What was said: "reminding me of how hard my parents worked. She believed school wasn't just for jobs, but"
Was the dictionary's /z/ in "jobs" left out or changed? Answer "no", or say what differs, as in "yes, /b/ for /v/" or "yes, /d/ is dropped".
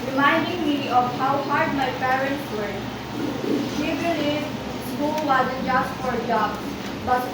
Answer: yes, /z/ is dropped